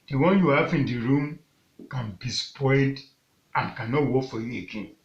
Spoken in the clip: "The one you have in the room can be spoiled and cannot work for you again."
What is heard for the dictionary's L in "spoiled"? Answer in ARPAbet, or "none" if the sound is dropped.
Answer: none